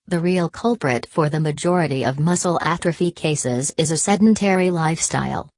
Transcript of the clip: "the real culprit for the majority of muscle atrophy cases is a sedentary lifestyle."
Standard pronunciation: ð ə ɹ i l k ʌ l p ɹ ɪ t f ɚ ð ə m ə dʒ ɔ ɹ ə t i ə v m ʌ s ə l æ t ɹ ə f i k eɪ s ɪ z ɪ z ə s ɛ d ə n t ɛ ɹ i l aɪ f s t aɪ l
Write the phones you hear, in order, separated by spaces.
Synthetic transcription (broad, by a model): ð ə ɹ i l k ʌ l p ɹ ɪ t f ɚ ð ə m ə dʒ ɔ ɹ ə t i ə v m ʌ s l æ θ ɹ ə f i k eɪ s ɪ z ɪ z ə s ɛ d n n t ɛ ɹ i l aɪ f s t aɪ l